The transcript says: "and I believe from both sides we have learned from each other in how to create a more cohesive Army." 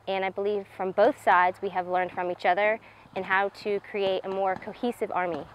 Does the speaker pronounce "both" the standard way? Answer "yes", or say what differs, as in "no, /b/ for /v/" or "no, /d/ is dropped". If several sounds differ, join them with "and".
yes